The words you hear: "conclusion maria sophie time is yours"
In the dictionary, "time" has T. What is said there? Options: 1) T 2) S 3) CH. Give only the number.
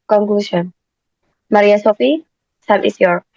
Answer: 2